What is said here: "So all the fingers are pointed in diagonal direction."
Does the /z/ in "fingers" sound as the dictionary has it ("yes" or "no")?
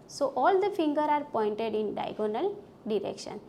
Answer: no